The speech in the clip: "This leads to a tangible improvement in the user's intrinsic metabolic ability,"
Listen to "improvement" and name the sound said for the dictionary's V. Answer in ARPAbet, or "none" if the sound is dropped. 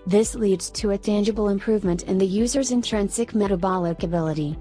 V